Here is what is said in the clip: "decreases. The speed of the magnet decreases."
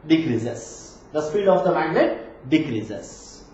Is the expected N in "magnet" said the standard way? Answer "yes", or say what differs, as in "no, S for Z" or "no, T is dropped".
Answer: no, L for N